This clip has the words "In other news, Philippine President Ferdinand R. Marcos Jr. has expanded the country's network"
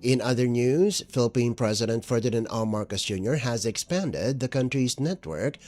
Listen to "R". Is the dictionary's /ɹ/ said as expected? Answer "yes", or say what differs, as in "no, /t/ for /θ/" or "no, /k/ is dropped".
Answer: no, /l/ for /ɹ/